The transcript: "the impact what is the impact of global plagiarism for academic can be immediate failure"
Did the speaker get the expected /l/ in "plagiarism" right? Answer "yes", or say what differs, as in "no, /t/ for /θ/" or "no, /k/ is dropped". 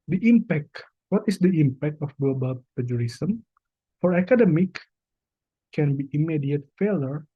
no, /l/ is dropped